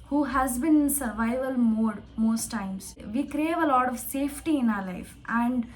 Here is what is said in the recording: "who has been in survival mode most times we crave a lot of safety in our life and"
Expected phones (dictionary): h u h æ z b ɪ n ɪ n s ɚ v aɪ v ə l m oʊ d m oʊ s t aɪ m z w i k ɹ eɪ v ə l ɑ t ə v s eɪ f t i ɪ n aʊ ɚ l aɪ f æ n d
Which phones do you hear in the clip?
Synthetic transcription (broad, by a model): h u h æ z b ɪ n ɪ n s ɚ v aɪ v ə l m oʊ d m oʊ s t aɪ m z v i k ɹ eɪ v ə l ɑ t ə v s eɪ f t i ɪ n aʊ ɚ l aɪ f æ n d